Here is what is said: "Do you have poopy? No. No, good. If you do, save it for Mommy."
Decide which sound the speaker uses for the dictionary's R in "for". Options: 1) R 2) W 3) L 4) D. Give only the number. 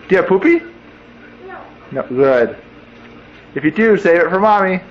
1